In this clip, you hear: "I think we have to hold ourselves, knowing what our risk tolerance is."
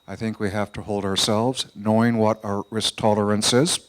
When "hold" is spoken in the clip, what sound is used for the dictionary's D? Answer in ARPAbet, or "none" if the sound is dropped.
D